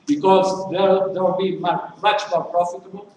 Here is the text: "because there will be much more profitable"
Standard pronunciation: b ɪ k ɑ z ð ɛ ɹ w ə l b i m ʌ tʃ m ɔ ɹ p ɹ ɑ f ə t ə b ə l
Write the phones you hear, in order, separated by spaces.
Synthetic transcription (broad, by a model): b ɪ k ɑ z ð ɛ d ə w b i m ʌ tʃ m ɔ ɹ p ɹ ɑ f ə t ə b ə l